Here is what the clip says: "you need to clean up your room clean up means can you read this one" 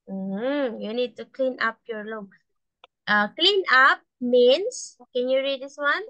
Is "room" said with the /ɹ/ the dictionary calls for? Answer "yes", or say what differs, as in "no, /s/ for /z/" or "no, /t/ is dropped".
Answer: no, /l/ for /ɹ/